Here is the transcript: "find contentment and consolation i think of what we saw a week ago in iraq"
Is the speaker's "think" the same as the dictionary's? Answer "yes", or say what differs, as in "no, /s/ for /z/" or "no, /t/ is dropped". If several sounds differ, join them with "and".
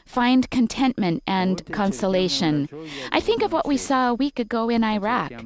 yes